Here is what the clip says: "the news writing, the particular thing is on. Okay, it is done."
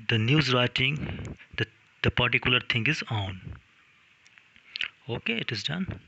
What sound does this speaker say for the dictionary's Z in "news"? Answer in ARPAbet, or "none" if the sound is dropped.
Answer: Z